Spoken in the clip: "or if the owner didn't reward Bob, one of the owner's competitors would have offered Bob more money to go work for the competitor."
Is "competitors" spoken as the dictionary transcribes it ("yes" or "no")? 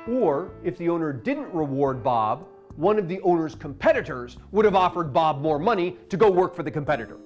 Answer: yes